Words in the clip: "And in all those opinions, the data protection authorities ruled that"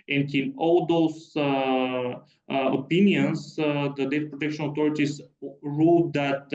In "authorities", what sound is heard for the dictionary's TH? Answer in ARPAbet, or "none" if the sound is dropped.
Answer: T